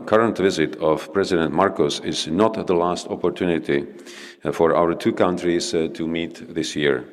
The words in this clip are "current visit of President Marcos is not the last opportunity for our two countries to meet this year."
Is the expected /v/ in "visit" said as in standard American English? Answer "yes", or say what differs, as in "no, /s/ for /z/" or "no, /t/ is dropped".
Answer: yes